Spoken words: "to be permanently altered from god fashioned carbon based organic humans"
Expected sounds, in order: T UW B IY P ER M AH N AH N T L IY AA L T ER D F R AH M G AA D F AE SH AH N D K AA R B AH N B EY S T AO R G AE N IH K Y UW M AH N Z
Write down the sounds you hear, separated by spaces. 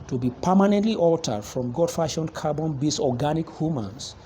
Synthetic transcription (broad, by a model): T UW B IY P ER M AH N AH N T L IY AA L T ER D F R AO M G AA D F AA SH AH N K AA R B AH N B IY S AO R G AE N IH K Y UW M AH N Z